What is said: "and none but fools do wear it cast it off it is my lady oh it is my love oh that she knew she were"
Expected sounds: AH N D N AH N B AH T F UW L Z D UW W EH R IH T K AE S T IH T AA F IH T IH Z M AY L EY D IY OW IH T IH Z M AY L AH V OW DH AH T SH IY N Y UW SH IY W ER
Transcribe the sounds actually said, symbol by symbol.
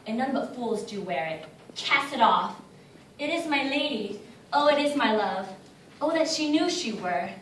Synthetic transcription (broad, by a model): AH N N AH N B AH T F UW L Z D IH W EH R IH T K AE S IH T AA F IH T IH Z M AY L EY D IY OW IH T IH Z M AY L AH V OW DH AH T SH IY N Y UW SH IY W ER